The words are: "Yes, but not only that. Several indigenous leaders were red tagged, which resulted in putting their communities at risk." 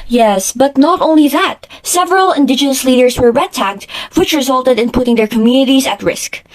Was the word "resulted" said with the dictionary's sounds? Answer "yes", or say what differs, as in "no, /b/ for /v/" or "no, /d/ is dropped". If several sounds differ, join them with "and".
yes